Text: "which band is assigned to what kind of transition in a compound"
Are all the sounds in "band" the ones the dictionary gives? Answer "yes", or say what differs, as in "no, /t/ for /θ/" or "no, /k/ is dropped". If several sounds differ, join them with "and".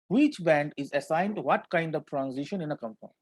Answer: yes